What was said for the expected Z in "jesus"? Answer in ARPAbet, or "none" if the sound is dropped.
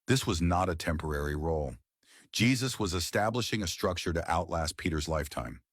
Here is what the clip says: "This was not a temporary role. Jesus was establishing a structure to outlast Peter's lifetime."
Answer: Z